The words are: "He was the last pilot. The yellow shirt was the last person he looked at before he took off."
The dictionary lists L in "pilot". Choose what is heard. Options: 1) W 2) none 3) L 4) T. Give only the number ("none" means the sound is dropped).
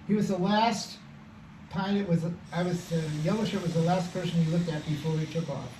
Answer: 1